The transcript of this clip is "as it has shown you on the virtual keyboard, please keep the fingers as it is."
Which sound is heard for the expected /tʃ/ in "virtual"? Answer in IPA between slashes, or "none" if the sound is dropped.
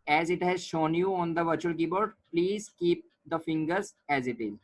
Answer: /tʃ/